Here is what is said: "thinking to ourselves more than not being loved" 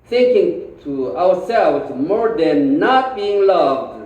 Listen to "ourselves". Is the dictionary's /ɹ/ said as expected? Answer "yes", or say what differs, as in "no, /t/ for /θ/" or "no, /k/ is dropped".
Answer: no, /w/ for /ɹ/